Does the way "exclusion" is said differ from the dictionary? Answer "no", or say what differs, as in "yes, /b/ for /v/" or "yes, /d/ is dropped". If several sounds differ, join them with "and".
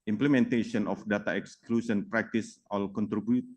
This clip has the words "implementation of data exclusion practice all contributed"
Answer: yes, /s/ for /ʒ/